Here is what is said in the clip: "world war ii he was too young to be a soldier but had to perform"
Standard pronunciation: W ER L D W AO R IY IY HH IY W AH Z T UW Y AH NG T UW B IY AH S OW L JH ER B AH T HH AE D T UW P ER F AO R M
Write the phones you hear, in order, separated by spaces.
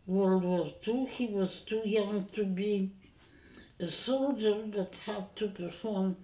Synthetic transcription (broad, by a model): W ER L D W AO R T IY HH IY W AH Z T UW Y AH NG T UW B IY AH S OW L JH ER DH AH T HH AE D T UW P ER F AO R M